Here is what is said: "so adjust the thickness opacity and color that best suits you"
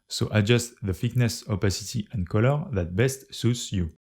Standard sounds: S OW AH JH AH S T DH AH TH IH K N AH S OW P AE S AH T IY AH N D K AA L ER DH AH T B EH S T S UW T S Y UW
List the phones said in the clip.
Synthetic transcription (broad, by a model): S OW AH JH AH S T DH AH F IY K N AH S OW P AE S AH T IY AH N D K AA L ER DH AH T B EH S T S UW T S Y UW